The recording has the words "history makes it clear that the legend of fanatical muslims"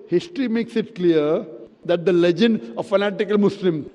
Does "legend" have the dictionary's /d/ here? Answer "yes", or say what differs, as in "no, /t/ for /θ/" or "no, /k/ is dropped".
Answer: yes